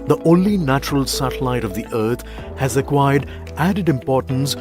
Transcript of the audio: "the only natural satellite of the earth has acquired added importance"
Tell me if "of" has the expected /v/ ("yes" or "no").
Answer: yes